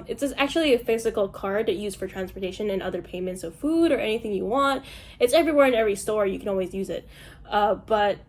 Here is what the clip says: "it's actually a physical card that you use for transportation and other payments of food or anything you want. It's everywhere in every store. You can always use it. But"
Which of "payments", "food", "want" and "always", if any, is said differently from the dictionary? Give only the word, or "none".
none